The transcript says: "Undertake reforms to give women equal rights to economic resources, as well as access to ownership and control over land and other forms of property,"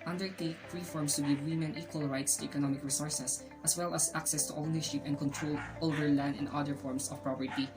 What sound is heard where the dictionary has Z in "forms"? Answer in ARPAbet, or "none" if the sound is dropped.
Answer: S